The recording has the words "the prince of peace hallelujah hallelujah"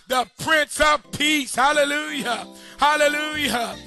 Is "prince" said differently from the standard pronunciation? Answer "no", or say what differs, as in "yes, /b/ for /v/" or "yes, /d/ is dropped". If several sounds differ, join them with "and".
no